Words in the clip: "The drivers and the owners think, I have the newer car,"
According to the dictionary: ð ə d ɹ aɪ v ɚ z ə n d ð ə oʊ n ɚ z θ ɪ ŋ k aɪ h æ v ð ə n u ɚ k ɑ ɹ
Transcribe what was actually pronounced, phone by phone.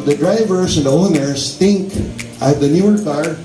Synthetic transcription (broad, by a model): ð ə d ɹ aɪ v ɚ s ə n d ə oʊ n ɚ s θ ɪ ŋ k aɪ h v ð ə n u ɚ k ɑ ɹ